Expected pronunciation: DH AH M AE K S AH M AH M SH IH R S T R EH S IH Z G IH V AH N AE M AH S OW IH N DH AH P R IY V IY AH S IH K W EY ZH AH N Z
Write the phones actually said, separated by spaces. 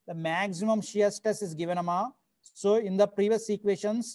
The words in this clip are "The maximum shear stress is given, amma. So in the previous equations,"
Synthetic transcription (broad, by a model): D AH M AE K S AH M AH M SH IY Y S T EH S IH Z G IH V AH N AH M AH S OW IH N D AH P R IY V IY AH S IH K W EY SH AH N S